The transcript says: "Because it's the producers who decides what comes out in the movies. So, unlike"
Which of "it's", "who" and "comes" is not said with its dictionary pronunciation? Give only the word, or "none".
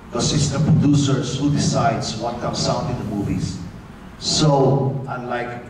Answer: comes